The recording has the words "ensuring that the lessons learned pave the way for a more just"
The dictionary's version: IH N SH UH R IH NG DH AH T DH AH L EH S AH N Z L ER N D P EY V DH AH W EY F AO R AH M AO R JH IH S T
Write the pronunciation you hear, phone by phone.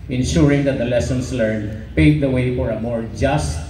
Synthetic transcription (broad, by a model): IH N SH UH R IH NG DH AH T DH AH L EH S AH N S L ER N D P EY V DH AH W EY F AO R AH M AO R JH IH S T